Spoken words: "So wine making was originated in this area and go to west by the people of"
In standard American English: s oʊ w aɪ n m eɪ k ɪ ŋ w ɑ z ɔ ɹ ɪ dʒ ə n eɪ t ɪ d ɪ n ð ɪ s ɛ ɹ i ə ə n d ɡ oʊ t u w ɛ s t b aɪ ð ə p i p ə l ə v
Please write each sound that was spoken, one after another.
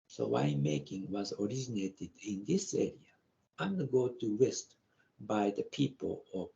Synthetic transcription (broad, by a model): s oʊ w aɪ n m eɪ k ɪ ŋ w ɑ z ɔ ɹ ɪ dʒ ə n eɪ t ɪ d ɪ n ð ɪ s ɛ ɹ i ə ə n d ɡ oʊ t u w ɛ s t b aɪ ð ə p i p ə l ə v